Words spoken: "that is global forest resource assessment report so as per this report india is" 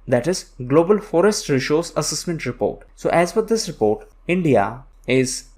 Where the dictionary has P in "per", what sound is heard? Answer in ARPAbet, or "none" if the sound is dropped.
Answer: F